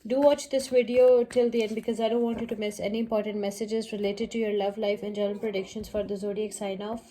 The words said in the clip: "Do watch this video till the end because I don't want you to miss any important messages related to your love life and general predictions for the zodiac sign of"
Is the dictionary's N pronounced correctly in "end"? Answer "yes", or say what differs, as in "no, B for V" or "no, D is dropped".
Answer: yes